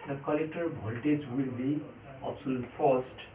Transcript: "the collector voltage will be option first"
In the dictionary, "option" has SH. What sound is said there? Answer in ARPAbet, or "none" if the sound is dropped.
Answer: S